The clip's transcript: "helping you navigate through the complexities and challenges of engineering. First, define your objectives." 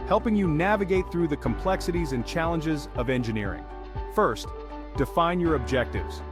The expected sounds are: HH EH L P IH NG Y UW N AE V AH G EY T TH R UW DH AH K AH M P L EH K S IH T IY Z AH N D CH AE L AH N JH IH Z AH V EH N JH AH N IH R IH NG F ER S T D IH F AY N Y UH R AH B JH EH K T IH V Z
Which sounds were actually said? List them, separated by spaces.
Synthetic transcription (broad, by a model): HH EH L P IH NG Y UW N AE V AH G EY T TH R UW DH AH K AH M P L EH K S IH T IY Z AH N CH AE L AH N JH IH Z AH V EH N JH AH N IH R IH NG F ER S T D IH F AY N Y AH R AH B JH EH K T IH V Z